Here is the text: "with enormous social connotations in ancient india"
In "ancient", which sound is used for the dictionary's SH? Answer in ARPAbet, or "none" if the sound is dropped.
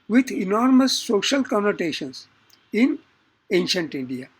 SH